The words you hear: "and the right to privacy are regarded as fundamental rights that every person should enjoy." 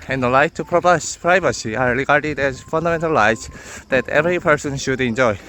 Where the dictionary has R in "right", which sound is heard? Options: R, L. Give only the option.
L